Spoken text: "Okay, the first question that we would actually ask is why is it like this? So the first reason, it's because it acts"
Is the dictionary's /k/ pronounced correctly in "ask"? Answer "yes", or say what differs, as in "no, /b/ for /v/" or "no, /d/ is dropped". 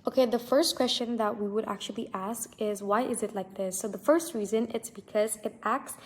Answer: yes